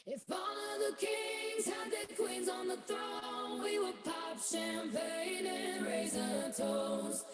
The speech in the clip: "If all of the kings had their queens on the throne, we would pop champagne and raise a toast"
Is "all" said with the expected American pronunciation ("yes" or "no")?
no